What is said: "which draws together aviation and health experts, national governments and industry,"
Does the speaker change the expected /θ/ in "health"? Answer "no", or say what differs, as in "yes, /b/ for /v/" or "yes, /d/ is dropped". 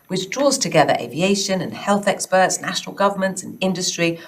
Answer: no